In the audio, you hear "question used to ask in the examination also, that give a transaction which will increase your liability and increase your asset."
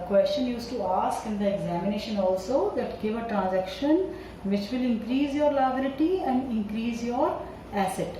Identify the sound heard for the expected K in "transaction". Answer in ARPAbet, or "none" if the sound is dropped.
K